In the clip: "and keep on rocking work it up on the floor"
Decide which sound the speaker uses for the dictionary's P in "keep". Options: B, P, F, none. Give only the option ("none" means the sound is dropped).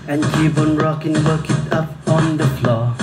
B